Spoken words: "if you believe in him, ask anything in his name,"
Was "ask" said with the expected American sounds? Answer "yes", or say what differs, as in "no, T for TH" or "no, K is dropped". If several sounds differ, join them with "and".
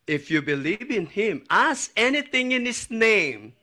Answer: no, K is dropped